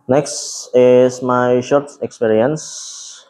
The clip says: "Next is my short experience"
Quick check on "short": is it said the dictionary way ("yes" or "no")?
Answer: yes